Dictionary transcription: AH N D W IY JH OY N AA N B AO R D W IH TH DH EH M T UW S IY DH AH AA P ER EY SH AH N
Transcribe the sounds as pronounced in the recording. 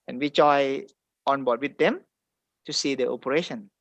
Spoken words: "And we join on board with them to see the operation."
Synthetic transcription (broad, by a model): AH N W IY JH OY AA N B AO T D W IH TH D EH M T UW S IY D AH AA P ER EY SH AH N